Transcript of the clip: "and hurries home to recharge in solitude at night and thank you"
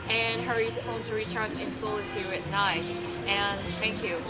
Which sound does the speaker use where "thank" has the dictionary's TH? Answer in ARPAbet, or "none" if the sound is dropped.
TH